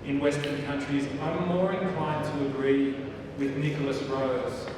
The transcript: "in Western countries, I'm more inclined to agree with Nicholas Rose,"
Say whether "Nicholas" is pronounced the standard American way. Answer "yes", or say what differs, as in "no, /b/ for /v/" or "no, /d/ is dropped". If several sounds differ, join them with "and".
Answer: yes